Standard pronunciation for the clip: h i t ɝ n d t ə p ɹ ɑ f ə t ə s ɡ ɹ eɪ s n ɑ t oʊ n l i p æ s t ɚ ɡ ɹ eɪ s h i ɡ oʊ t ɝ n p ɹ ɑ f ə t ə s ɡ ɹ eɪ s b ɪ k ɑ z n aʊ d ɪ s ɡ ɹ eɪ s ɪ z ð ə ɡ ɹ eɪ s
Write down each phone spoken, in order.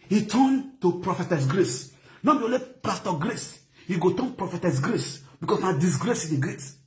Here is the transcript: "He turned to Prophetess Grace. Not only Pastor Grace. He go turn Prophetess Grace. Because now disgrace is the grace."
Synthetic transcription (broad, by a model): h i t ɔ n t ə p ɹ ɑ f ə t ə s ɡ ɹ eɪ s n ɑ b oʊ l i p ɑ s t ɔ ɡ ɹ eɪ s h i ɡ oʊ t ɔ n p ɹ ɑ f ə t ə s ɡ ɹ eɪ s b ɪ k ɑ s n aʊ d ɪ s ɡ ɹ eɪ s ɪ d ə ɡ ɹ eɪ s